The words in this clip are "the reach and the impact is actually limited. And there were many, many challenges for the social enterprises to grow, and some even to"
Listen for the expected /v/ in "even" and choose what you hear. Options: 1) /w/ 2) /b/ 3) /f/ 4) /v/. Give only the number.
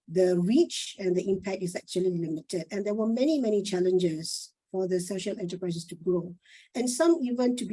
4